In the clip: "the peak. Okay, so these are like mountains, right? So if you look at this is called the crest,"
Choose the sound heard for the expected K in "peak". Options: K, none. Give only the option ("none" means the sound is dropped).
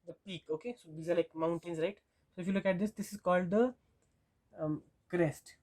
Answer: K